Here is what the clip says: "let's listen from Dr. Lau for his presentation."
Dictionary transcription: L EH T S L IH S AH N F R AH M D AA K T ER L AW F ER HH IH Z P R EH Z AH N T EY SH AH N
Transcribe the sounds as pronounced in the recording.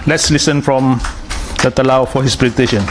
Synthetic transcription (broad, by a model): L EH T S L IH S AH N F R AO M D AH T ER L AW F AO HH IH S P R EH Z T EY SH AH N